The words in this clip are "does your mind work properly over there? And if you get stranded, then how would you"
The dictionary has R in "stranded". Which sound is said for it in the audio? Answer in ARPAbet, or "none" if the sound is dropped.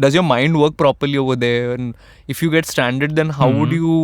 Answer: none